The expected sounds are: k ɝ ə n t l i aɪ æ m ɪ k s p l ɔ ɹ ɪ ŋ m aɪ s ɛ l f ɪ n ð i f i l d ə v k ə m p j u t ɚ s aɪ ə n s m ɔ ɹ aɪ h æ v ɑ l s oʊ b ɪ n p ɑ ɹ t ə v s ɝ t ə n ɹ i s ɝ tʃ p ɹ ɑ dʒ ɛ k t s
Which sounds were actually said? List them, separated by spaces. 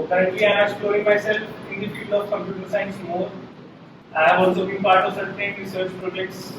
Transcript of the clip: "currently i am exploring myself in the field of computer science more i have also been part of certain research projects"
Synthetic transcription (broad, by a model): k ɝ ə n t l i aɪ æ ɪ s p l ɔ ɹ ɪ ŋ m aɪ s ɛ l f ɪ n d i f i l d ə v k ə m p j u t ɚ s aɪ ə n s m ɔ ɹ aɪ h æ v ɑ l s oʊ b ɪ n p ɑ ɹ t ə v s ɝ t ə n ɹ i s ɝ tʃ p ɹ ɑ dʒ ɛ k t s